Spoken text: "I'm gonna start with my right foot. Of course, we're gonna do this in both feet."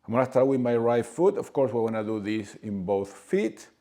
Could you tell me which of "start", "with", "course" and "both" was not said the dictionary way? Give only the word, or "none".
none